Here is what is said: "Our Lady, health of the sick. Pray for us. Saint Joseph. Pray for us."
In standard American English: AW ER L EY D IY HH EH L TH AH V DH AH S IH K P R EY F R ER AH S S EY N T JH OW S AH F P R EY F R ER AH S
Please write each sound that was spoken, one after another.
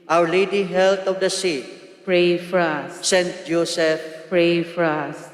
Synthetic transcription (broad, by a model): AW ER L EY D IY HH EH L T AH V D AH S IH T P R EY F R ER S S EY N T JH OW S AH F P R EY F R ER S